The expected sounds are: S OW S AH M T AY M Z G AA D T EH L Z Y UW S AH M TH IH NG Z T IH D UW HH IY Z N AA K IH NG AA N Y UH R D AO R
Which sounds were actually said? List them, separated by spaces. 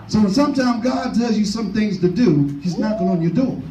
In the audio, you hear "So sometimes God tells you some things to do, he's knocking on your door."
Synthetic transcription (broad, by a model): S OW S AH M T AY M G AA D T EH L Z Y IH S AH M TH IH NG Z T IH D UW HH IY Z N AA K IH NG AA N Y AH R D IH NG